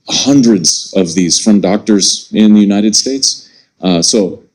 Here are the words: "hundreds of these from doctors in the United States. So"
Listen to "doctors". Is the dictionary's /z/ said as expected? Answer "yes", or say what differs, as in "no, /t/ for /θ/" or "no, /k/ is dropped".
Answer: yes